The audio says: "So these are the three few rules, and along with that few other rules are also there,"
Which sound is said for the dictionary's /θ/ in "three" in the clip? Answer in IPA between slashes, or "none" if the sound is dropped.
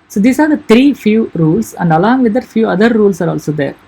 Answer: /t/